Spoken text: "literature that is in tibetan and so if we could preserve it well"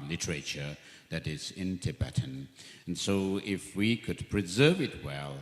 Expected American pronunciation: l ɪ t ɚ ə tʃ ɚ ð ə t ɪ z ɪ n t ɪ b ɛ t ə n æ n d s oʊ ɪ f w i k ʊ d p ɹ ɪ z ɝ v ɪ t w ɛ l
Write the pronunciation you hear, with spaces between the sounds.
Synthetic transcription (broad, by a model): l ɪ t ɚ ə tʃ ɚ ð ə t ɪ z ɪ n t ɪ b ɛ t n n s oʊ ɪ f w i k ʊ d p ɹ ɪ z ɝ v ɪ t w ɛ l